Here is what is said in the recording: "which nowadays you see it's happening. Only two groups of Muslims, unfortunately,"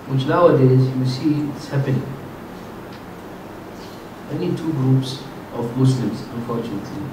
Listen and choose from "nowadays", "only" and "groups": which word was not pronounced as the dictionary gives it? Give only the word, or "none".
only